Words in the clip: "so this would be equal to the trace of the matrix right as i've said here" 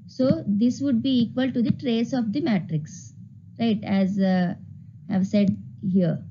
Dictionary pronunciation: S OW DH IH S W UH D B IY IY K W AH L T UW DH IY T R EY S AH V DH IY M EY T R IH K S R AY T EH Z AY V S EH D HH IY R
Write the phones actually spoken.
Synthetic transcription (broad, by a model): S OW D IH S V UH D B IY IY K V AH L T UW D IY T R EY S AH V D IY M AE T R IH K S R AY T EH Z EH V S EH D HH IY R